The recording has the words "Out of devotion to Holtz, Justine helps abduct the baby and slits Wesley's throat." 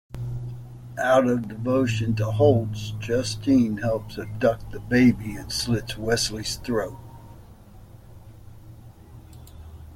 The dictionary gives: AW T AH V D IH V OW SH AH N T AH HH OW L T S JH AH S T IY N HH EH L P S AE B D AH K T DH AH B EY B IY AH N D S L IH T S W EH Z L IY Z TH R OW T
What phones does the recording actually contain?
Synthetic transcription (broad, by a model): AW T AH V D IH V OW SH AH N T AH HH OW L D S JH AH S T IY N HH EH L P S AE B D AH K DH AH B EY B IY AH N S L IH T S W EH S L IY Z TH R OW T